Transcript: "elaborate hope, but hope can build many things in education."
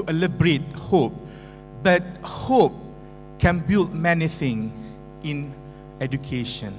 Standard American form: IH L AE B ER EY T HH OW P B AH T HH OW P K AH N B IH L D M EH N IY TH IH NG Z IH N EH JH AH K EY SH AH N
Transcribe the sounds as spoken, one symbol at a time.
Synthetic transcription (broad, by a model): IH L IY B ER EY T HH OW P B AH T HH OW P K AH N B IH L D M EH N IY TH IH NG IH N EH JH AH K EY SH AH N